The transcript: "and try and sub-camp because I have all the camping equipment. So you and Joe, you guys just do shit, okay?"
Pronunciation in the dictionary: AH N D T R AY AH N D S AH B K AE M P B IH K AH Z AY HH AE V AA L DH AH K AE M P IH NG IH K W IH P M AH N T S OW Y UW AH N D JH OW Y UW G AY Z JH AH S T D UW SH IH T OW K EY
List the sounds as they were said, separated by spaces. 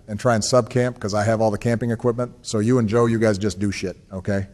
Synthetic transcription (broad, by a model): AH N T R AY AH N S AH B K AE M P K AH Z AY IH V AA L DH AH K AE M P IH NG IH K W IH P M AH N T S OW Y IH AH N JH OW Y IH G AY Z JH AH S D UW SH IH T OW K EY